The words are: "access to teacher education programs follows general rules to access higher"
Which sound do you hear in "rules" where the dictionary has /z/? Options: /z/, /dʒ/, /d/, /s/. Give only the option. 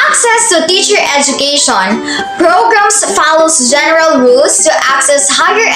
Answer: /s/